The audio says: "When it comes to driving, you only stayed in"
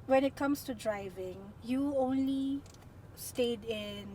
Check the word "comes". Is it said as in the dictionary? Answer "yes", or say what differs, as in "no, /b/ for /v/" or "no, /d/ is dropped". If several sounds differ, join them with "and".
no, /s/ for /z/